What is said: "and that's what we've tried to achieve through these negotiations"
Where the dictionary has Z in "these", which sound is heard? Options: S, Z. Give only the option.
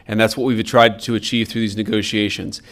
Z